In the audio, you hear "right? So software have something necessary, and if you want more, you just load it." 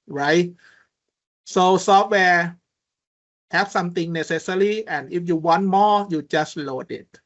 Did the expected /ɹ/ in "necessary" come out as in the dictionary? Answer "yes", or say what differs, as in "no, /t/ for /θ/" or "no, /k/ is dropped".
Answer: no, /l/ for /ɹ/